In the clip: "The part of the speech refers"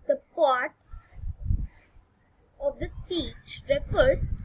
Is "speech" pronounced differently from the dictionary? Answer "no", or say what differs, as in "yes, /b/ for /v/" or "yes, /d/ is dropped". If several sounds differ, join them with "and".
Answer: no